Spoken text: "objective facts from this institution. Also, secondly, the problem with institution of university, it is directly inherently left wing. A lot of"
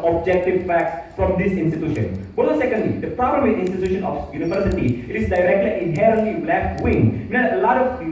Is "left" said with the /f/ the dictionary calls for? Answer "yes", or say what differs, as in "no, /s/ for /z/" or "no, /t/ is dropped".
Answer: no, /f/ is dropped